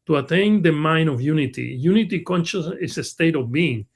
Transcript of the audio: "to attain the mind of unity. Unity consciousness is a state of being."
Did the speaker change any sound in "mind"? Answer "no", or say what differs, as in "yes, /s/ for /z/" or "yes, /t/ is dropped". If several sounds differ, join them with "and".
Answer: yes, /d/ is dropped